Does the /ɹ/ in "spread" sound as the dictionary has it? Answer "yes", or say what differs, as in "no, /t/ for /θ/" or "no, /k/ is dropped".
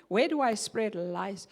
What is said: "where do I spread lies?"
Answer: yes